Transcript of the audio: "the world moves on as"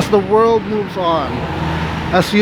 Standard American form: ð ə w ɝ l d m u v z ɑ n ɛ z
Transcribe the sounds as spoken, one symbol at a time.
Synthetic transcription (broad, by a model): ð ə w ɝ l d m u v z n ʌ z